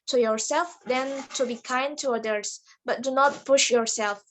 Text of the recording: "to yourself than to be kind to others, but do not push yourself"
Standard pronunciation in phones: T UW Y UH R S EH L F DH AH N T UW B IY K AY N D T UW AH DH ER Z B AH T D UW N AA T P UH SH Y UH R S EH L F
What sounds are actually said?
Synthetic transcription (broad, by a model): T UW Y UH R S EH L F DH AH N T UW B IY K AY N D T UW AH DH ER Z B AH T D UW N AA T P UH SH Y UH R S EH L F